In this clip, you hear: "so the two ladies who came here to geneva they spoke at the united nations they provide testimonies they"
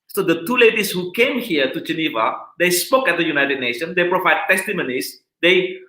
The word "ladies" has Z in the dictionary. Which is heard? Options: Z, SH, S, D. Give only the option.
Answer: S